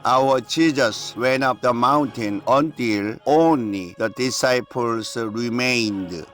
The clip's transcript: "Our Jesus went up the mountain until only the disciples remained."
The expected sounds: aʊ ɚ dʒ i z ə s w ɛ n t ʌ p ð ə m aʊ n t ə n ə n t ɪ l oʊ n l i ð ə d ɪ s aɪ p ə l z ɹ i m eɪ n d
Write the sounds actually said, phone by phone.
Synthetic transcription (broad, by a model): aʊ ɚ tʃ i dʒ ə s w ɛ n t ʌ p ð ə m aʊ n t ə n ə n t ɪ l oʊ n l i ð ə d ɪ s aɪ p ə l s ɹ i m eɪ n d